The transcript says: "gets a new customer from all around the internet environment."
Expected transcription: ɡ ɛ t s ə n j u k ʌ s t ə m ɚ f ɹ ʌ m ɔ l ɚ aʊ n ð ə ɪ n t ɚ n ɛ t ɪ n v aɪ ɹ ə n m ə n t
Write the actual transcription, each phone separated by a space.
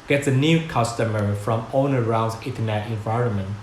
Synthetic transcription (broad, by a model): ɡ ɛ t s ə n j u k ʌ s t ə m ɚ f ɹ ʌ m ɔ n ɚ aʊ n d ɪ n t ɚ n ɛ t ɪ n v aɪ ɹ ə n m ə n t